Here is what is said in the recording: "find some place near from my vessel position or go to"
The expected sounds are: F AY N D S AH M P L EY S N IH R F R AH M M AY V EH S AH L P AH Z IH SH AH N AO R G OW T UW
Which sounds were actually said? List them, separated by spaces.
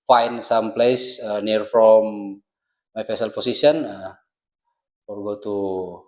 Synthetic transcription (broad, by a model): F AY N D S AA M P L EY S N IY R F R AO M M AY F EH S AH L P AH S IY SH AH N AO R G OW T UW